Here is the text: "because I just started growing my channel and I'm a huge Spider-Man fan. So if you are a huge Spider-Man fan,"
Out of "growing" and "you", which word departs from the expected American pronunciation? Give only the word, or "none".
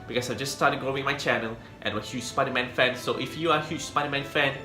growing